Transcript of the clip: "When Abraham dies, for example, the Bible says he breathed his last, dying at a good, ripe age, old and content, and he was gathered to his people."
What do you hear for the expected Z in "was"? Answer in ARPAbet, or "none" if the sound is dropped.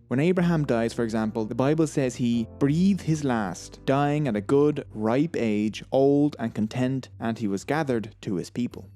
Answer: Z